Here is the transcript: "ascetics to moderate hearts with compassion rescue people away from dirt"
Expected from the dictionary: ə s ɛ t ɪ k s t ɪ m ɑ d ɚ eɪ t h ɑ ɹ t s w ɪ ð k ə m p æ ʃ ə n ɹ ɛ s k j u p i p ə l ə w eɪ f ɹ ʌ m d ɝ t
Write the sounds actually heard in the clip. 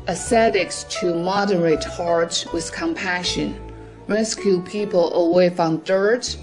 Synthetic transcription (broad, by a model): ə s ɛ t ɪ k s t ɪ m ɑ d ɚ eɪ t h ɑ ɹ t w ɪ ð k ə m p æ ʃ ə n ɹ ɛ s k j u p i p ə l ə w eɪ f ɹ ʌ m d ɝ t